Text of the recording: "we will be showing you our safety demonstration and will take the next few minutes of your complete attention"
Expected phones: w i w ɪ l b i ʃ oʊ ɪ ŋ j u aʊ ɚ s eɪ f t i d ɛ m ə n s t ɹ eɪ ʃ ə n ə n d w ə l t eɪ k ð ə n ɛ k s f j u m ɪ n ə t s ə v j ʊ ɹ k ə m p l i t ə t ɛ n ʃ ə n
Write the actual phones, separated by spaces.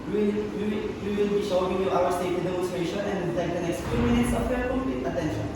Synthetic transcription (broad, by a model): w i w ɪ l b i ʃ oʊ ɪ ŋ j u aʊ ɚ s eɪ t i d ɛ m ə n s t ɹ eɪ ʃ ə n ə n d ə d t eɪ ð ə n ɛ k s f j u m ɪ n ə t s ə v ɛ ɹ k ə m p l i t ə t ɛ n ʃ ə n